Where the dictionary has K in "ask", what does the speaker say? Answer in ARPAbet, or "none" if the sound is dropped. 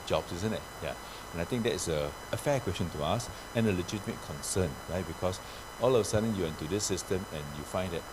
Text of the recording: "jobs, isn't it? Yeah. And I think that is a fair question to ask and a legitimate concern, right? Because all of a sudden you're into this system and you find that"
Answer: none